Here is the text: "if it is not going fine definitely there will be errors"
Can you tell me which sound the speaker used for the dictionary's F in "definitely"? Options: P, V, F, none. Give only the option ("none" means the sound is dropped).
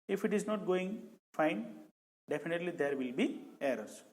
P